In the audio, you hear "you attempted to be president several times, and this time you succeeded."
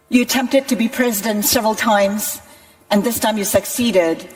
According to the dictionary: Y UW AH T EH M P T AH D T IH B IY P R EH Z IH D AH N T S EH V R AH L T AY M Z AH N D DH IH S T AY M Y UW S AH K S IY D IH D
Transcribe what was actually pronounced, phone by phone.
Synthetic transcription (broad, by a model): Y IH AH T EH M P T AH D T IH B IY P R EH Z IH D AH N T S EH V R AH L T AY M Z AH N DH IH S T AY M Y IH S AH K S IY D IH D